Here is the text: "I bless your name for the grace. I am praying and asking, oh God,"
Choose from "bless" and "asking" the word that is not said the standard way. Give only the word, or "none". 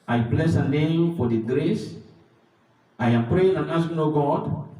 asking